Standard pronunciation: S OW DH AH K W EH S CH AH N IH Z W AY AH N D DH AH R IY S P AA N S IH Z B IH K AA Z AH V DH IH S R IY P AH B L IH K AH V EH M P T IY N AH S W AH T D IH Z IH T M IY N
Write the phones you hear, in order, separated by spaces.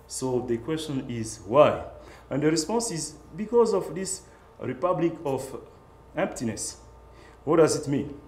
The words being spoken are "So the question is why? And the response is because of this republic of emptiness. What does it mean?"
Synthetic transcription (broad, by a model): S OW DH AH K W EH S CH AH N IH Z W AY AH N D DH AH R IY S P AA N S IH Z B IH K AA Z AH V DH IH S R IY P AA B L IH K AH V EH M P T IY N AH S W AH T D IH Z IH T M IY N